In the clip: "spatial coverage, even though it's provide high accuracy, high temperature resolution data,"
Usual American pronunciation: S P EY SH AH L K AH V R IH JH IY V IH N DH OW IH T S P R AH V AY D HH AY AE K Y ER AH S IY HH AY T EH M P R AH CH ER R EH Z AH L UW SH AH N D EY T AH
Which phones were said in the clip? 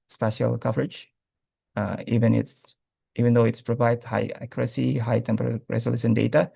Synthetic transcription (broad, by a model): S P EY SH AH L K AH V R IH JH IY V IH N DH OW IH T S P R AH V AY D HH AY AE K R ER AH S IY HH AY T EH M P AH ER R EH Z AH L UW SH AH N D EY T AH